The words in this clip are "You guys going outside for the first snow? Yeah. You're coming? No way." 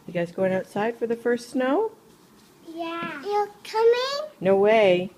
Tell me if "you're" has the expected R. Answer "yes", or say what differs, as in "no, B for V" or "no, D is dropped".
no, L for R